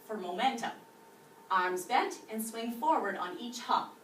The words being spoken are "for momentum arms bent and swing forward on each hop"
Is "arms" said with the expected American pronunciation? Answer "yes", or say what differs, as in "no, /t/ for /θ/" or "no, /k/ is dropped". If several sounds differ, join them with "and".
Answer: yes